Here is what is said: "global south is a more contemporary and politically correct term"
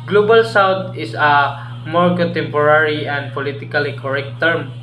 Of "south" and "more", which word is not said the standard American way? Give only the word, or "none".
south